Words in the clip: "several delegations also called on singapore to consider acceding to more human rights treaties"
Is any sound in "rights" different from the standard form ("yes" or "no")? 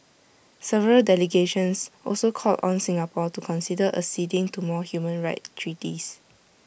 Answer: yes